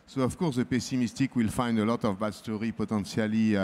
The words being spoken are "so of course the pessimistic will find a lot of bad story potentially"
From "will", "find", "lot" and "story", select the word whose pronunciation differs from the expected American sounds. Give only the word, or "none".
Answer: none